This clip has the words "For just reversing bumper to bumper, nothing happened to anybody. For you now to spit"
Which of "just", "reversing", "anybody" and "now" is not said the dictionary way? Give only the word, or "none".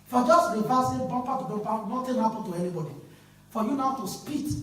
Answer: reversing